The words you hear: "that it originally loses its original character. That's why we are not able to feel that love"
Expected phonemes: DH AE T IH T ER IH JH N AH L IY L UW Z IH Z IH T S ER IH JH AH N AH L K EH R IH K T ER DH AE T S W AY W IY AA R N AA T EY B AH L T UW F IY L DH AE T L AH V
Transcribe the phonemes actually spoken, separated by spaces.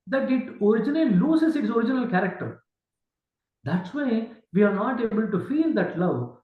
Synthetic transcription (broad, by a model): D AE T IH T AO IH JH AH N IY L UW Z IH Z IH T S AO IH JH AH N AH L K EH R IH K T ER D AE T S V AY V IY AA R N AA T EY B AH L T UW F IY L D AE T L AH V